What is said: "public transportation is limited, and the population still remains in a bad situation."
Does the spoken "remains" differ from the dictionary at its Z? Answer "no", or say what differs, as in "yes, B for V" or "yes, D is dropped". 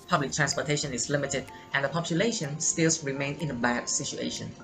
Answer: yes, Z is dropped